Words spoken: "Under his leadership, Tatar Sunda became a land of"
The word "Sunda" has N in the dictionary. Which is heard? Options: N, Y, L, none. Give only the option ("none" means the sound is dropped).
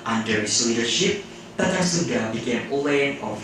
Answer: none